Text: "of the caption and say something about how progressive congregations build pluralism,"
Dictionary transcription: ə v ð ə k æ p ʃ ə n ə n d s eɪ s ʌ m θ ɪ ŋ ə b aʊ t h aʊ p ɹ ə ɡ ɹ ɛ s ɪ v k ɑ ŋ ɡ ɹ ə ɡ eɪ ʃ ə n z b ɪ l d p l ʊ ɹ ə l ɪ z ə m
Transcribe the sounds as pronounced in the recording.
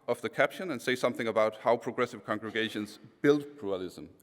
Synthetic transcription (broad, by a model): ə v ð ə k æ p ʃ ə n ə n s eɪ s ʌ m θ ɪ ŋ ə b aʊ t h aʊ p ɹ ə ɡ ɹ ɛ s ɪ v k ɑ ŋ ɡ ɹ ə ɡ eɪ ʃ ə n z b ɪ l d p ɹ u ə l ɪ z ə m